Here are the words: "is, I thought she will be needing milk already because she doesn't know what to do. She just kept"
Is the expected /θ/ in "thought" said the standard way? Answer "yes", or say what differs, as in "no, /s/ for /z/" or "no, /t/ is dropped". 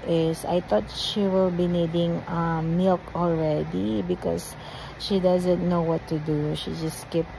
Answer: no, /t/ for /θ/